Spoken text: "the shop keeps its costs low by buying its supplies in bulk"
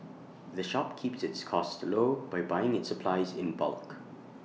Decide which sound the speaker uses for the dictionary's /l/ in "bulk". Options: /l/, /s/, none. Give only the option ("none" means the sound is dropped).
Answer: /l/